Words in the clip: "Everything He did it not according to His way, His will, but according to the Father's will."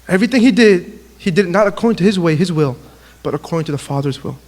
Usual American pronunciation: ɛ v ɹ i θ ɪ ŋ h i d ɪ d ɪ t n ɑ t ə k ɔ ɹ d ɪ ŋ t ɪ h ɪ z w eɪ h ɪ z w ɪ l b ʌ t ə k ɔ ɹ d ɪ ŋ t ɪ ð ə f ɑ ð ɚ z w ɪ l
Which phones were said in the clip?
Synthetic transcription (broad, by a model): ɛ v ɹ i θ ɪ ŋ h i d ɪ d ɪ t n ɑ t ə k ɔ ɹ d ɪ ŋ t ɪ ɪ z w eɪ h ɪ z w ɪ l b ʌ t ə k ɔ ɹ d ɪ ŋ t ɪ ð ə f ɑ ð ɚ z w ɪ l